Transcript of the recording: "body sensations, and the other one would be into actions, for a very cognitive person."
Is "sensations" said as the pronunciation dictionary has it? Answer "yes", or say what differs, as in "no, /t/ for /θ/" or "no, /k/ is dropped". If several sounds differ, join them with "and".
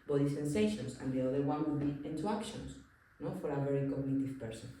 no, /s/ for /z/